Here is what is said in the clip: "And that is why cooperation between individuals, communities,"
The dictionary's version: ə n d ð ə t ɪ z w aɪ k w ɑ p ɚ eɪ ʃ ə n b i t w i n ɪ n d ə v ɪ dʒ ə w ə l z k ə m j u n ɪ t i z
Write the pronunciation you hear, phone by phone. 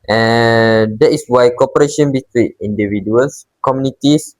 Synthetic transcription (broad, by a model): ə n d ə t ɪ s w aɪ k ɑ p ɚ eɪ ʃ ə n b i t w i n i n d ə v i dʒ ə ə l s k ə m j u n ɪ t i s